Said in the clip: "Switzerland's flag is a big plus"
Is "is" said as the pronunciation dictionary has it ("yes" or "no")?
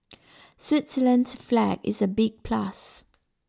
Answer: yes